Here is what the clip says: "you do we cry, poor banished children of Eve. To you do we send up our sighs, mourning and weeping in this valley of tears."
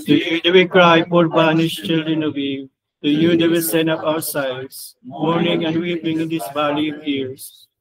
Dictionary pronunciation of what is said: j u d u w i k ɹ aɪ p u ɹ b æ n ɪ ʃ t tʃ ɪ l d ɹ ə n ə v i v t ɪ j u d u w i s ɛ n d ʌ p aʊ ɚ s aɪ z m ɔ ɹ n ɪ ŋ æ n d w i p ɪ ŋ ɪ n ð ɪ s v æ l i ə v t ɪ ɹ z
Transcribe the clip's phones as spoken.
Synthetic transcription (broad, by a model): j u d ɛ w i k ɹ aɪ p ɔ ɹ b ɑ n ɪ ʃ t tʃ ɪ l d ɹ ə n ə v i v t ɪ j u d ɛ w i s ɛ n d ʌ p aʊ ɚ s aɪ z m ɔ ɹ n ɪ ŋ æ n d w i p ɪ ŋ ɪ n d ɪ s b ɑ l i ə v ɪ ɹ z